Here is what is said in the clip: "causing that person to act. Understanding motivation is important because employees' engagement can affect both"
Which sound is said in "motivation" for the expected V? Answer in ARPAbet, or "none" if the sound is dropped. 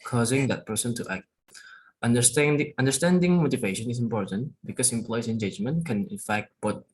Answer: V